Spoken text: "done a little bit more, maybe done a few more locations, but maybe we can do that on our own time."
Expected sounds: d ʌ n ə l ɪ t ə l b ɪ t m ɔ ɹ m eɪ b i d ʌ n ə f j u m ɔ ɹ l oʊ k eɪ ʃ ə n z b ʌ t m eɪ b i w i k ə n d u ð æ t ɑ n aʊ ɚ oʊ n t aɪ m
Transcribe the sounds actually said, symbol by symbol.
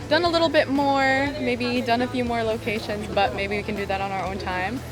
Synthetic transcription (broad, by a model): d ʌ n ə l ɪ t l b ɪ t m ɔ ɹ m eɪ b i d ʌ n ə f j u m ɔ ɹ l oʊ k eɪ ʃ ə n z b ʌ t m eɪ b i w i k ə n d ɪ ð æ t n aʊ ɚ oʊ n t aɪ m